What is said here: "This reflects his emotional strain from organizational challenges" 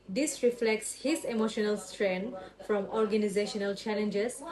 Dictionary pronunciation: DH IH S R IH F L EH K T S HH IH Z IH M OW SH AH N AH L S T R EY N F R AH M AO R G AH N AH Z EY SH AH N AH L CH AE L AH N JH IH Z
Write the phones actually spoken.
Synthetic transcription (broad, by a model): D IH S R IH F L EH K T S HH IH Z IH M OW SH AH N AH L S T R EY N F R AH M AO R G AH N AH Z EY SH AH N AH L CH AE L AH N JH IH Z